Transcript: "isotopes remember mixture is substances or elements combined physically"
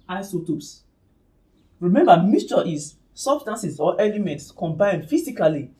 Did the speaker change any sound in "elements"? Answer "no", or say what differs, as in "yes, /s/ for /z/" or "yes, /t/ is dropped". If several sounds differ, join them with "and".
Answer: no